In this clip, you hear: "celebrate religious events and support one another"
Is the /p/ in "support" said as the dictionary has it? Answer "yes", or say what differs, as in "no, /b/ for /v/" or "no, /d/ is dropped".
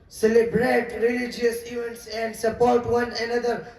yes